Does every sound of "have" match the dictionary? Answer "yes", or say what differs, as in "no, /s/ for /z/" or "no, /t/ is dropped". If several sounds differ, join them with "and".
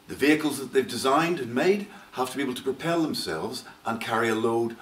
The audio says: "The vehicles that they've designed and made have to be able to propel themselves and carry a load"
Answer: no, /f/ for /v/